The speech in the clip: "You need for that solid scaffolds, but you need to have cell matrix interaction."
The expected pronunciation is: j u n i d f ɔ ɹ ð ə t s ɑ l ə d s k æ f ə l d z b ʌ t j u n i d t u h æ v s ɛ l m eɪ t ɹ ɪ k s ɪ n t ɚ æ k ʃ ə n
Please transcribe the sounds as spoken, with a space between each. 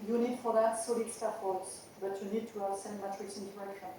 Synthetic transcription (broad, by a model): j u n i d f ɔ ɹ ð ə t s ɑ l ə d s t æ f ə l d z b ʌ t j u n i d t u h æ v s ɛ n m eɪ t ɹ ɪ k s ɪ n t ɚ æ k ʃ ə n